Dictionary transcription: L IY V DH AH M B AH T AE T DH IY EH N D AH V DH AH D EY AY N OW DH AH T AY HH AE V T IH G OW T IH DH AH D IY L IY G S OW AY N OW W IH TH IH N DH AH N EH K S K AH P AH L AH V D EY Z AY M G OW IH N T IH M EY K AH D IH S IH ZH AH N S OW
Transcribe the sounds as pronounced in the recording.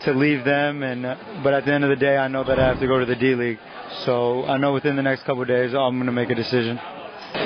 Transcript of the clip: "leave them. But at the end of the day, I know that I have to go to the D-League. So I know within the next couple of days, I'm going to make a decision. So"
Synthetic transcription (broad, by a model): L IY V DH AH M B AH T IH T DH IY EH N D AH V DH AH D EY AY N OW DH AH T AY HH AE F T IH G OW T IH DH AH D IY L IY G S OW AY N OW W IH TH IH N DH AH N EH K S K AH P L D EY Z AY M G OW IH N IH M EY K AH D IH S IH ZH AH N